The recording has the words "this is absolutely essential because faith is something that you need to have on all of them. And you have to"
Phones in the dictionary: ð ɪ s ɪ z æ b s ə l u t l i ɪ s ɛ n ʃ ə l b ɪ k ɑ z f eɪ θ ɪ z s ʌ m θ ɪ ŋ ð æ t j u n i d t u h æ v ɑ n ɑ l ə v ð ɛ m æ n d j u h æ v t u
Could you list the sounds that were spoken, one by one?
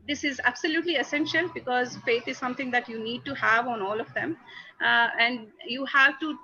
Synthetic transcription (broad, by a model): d ɪ s ɪ z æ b s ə l u t l i ɪ s ɛ n ʃ ə l b ɪ k ɑ z f eɪ t ɪ z s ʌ m t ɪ ŋ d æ t j u n i d t u h æ v ɑ n ɑ l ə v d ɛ m æ n d j u h æ v t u